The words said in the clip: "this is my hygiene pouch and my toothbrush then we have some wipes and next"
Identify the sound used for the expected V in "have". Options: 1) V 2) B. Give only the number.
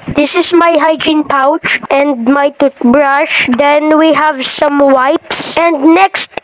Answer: 1